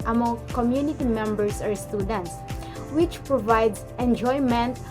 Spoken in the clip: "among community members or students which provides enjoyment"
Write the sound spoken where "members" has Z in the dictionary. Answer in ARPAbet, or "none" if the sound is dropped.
S